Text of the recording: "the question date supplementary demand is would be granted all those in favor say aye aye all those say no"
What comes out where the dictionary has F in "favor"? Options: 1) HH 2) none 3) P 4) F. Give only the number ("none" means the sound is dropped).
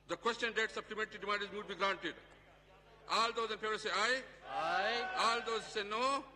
3